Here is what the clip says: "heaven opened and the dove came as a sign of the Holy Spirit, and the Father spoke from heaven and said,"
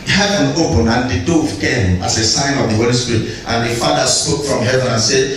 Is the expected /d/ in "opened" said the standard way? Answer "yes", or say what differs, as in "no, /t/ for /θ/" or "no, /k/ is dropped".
no, /d/ is dropped